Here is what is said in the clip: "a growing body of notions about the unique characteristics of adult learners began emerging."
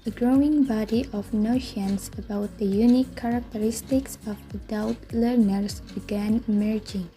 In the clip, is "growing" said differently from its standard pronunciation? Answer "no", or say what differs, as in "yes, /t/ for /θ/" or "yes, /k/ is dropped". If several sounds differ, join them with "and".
no